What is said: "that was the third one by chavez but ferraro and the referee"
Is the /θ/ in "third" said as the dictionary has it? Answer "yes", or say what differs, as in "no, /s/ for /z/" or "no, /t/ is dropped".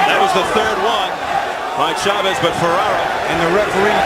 yes